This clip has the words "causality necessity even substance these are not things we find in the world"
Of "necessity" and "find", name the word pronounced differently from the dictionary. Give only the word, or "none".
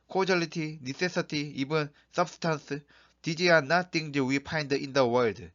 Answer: find